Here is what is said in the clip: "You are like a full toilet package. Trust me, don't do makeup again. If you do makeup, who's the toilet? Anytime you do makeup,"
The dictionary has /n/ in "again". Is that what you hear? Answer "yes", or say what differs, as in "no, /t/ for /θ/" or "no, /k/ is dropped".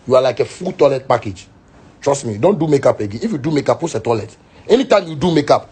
no, /n/ is dropped